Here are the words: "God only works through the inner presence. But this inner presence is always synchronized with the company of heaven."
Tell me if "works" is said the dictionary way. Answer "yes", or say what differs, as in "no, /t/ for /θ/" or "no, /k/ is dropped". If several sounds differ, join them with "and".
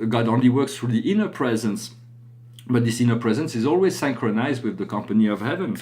yes